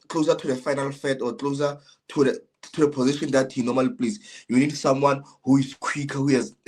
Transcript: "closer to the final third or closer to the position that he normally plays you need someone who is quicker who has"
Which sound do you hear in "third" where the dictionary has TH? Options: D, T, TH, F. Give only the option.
F